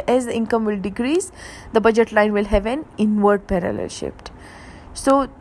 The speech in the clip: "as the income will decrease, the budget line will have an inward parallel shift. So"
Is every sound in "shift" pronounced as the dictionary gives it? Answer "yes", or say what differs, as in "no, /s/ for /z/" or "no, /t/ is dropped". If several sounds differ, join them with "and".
no, /p/ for /f/